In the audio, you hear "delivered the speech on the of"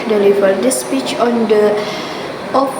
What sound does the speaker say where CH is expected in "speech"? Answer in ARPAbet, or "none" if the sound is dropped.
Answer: CH